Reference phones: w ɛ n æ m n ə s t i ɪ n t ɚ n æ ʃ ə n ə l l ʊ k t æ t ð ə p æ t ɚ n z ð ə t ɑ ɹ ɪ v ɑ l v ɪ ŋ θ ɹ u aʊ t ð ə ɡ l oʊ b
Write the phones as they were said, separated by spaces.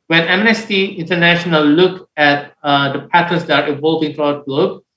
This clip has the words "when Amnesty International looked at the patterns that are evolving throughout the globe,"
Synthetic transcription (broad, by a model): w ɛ n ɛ m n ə s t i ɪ n t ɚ n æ ʃ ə n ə l l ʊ k æ t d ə p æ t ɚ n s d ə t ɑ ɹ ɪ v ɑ l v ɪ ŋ t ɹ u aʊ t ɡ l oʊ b